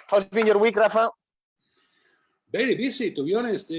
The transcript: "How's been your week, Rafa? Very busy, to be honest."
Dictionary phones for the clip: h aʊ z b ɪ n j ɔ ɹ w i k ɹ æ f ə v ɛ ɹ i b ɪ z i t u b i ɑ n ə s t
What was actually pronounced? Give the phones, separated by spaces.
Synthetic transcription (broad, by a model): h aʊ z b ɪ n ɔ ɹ w i k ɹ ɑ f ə b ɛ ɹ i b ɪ s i t u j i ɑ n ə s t